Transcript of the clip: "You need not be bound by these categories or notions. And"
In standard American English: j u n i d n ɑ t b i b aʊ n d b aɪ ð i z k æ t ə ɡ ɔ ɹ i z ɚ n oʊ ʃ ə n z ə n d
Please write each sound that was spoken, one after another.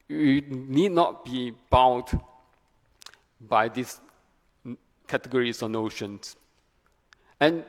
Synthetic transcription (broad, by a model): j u n i d n ɑ t b i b aʊ d b aɪ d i s k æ t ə ɡ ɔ ɹ i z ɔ n oʊ ʃ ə n s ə n